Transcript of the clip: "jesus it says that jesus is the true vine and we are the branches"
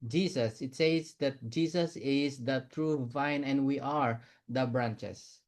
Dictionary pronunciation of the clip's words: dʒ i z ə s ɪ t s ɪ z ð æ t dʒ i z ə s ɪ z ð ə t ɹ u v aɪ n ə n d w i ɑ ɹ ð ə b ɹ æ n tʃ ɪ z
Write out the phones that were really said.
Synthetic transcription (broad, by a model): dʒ i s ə s ɪ t s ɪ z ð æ t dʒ i s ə s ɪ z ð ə t ɹ u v aɪ n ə n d w i ɑ ɹ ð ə b ɹ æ n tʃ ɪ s